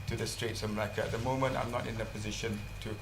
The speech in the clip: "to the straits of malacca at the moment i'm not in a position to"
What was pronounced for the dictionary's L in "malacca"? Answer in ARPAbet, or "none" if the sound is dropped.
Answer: none